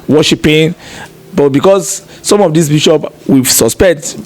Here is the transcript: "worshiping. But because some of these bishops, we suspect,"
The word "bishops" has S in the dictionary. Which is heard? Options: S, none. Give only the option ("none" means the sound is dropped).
none